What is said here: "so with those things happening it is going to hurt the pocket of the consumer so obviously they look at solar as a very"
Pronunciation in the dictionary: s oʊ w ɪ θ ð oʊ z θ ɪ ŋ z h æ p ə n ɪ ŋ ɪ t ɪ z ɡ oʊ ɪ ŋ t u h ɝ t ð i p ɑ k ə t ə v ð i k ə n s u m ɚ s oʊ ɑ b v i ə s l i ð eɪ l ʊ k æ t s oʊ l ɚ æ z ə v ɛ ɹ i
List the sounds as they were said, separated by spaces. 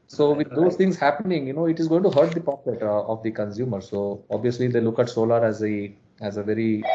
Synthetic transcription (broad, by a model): s oʊ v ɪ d oʊ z t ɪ ŋ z h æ p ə n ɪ ŋ ɪ t ɪ z ɡ oʊ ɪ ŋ t u h ɝ t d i p ɑ k ə t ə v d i k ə n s u m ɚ s oʊ ɑ b v i ə s l i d eɪ l ʊ k æ t s oʊ l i æ z ə v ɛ ɹ i